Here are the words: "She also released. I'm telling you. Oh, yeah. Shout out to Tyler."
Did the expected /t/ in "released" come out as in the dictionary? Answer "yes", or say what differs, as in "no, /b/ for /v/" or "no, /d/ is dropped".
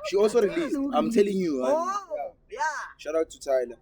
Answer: no, /t/ is dropped